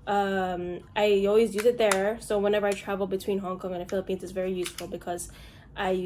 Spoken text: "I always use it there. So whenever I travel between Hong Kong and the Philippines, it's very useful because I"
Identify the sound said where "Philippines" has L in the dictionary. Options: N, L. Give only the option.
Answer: L